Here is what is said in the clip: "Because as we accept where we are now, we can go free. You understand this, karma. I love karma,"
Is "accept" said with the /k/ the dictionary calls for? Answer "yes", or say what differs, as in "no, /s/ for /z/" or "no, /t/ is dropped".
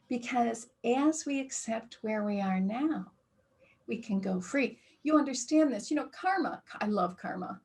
yes